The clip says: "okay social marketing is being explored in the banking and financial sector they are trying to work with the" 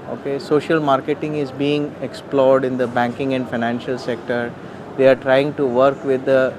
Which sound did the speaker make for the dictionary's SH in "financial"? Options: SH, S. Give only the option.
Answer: SH